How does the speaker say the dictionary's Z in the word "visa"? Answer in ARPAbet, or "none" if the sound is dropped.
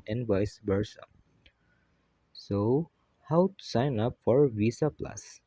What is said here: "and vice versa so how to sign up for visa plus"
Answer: S